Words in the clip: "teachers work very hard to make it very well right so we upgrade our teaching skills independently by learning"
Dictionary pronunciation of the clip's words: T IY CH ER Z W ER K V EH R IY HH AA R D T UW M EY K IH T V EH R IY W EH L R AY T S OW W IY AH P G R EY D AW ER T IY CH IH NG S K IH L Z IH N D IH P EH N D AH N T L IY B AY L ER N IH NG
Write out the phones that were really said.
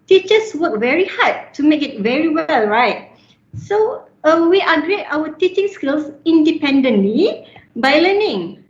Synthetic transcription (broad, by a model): T IY CH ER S W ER K V EH R IY HH AA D T UW M EY K IH T V EH R IY W EH L R AY T S OW W IY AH G R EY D AW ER T IY CH IH NG S K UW L S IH N D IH P EH N D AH N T L IY B AY L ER N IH NG